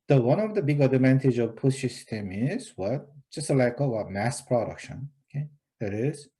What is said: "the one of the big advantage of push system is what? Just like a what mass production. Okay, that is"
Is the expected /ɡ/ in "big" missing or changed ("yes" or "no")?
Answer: no